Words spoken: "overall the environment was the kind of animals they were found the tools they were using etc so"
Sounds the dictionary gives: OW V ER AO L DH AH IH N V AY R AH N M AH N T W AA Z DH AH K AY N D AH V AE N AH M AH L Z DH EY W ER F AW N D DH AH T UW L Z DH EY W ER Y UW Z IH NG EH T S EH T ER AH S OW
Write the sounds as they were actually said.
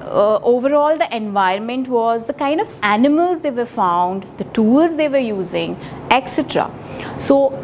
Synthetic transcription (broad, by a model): OW V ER AO L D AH IH N V AY R AH N M AH N T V AA Z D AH K AY N D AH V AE N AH M AH L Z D EY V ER F AW N D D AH T UW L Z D EY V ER Y UW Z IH NG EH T S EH T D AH S OW